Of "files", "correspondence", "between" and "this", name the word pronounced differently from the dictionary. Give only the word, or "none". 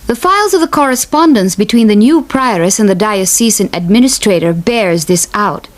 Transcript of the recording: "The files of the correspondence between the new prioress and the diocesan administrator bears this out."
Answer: none